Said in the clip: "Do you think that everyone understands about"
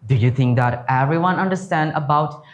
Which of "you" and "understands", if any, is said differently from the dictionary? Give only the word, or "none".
understands